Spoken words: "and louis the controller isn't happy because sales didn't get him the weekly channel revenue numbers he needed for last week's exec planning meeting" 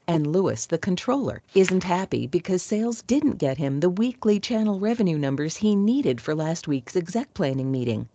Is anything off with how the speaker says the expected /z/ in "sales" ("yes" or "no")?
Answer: no